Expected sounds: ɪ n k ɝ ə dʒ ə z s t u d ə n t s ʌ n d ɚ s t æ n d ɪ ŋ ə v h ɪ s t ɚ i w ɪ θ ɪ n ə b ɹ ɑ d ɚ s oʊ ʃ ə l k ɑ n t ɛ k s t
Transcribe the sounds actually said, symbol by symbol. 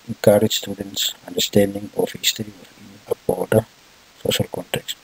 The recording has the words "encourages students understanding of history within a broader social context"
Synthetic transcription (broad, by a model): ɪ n k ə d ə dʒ s t u d ə n t s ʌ n d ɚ s t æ n d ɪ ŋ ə f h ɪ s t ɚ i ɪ f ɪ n ə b ɑ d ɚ s oʊ ʃ ə l k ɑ n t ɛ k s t